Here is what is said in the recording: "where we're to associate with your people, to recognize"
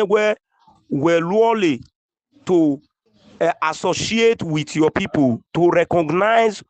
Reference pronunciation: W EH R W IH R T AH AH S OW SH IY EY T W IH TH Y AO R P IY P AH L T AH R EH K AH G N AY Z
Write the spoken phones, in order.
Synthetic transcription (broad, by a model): W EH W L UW L T AH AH S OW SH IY EY T W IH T Y AO P IY P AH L T AH R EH K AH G N AY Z